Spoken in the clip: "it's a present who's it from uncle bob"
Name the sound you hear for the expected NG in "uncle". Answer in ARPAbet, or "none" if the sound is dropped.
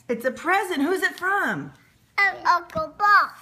none